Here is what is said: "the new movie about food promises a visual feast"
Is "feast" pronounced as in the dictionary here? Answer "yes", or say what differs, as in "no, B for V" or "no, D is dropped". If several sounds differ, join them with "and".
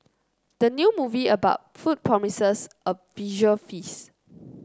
no, T is dropped